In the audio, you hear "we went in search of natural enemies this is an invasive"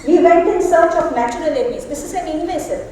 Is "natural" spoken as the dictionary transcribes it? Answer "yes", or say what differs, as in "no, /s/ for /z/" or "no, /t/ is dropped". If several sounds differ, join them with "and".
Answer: no, /ɹ/ is dropped